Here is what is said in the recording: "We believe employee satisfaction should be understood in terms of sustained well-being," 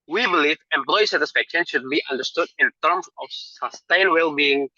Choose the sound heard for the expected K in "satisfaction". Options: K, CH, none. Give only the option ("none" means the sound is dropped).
K